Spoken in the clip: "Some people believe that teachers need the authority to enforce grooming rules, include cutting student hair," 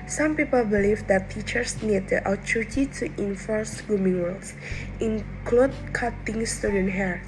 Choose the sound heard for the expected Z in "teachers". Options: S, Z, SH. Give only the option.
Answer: S